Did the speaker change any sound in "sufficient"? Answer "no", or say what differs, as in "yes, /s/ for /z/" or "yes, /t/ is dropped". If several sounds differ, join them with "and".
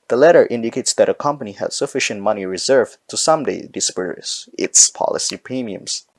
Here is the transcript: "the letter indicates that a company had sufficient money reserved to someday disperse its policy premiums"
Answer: no